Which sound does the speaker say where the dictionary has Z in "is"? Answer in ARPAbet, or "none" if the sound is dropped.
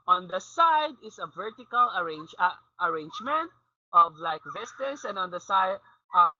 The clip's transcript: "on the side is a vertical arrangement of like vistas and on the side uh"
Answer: S